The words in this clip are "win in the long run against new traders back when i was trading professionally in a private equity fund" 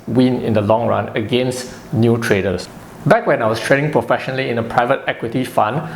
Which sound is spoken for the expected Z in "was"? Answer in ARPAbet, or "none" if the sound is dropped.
S